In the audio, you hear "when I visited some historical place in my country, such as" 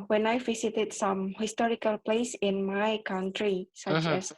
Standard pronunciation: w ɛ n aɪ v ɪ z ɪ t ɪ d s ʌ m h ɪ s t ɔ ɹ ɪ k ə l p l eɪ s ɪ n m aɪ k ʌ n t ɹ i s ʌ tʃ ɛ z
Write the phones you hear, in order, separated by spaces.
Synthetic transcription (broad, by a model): w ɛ n aɪ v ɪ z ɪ t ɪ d s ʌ m h ɪ s t ɔ ɹ ɪ k ə l p l eɪ s ɪ n m aɪ k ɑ n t ɹ i s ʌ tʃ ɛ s